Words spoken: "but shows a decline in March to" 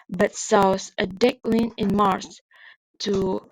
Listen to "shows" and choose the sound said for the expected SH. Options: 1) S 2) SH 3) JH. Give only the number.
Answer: 1